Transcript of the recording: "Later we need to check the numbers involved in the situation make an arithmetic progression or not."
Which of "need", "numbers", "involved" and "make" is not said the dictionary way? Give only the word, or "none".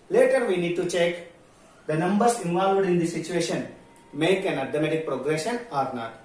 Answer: numbers